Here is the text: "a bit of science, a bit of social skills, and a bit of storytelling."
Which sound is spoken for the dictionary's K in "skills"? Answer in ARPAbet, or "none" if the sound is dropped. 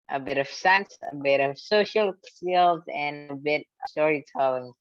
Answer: none